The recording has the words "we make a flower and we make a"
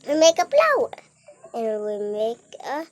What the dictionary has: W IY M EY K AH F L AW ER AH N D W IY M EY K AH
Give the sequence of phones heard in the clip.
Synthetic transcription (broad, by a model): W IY M EY K AH P L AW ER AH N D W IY M EY K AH